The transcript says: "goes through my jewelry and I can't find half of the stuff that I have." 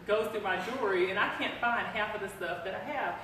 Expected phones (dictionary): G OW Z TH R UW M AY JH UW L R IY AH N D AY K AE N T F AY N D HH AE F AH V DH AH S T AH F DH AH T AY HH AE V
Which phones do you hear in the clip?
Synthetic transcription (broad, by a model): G OW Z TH UW M AY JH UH R IY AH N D AY K AE N T F AY N D HH AE F AH V DH AH S T AH F DH AH T AY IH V